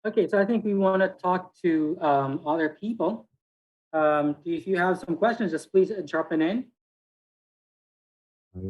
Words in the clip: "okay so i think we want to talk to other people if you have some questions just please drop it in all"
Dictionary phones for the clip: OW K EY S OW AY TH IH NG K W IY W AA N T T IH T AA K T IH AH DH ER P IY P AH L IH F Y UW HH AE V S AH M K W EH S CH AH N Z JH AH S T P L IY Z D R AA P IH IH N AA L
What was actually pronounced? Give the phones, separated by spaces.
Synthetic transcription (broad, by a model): OW K EY S OW AY TH IH NG K W IY W AA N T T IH T AA K T IH AH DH ER P IY P AH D IH F Y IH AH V S AH M K W EH S CH AH N Z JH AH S P L IY Z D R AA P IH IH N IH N